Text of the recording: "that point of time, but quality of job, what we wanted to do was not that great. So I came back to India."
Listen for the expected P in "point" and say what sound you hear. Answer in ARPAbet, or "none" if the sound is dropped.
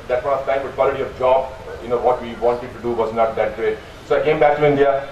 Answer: F